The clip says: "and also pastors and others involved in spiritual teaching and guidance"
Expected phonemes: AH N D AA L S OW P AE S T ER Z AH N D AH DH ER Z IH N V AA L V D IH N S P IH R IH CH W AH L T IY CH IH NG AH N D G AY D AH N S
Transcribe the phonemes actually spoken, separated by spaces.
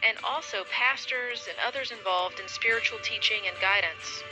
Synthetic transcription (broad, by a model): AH N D AA L S OW P AE S T ER Z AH N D AH DH ER Z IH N V AA L V D IH N S P IH R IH CH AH L T IY CH IH NG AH N G AY D N S